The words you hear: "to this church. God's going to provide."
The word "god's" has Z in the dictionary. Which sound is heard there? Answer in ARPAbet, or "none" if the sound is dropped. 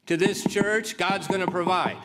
Z